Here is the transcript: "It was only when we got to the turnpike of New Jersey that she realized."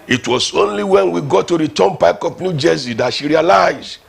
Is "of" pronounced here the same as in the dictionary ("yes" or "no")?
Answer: no